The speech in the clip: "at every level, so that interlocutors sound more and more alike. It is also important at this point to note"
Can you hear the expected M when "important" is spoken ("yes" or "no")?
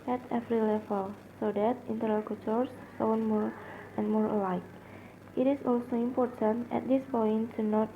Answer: yes